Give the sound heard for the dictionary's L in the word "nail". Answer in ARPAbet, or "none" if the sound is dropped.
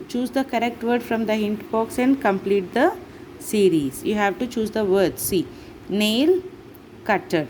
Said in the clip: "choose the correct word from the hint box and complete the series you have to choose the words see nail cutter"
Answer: L